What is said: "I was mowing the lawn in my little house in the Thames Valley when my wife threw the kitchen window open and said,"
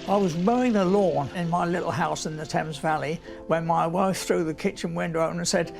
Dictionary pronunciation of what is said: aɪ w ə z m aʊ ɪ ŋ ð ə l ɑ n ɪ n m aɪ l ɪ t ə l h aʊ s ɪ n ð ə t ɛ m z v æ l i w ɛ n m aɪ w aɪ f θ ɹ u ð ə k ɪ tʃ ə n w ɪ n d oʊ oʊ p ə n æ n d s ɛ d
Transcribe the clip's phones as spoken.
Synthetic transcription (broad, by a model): aɪ w ə z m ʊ ɪ ŋ ð ə l ɑ n ɪ n m aɪ l ɪ t l h aʊ s ɪ n ð ə t ɛ m z v æ l i w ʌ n m aɪ w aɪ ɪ θ ɹ u ð ə k ɪ tʃ ə n w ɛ n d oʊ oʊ ə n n s ɛ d